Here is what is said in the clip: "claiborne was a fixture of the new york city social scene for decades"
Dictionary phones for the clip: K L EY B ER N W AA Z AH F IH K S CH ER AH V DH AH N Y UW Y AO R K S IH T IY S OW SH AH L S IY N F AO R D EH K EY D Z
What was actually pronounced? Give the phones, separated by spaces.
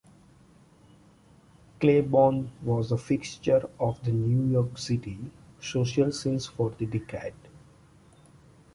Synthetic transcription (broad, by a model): K L EY B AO N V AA Z AH F IH K S CH ER AH V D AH N Y UW Y AO R K S IH T IY S OW SH AH L S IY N F AO R D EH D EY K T